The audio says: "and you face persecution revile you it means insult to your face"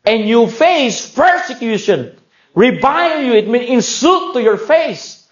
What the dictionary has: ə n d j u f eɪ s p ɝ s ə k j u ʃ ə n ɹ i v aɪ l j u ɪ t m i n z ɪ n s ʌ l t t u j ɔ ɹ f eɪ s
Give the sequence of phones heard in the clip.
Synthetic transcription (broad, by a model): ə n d j u f eɪ s p ɝ s ə k j u ʃ ə n ɹ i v aɪ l j u ɪ t m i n ɪ n s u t t u j ɔ ɹ f eɪ s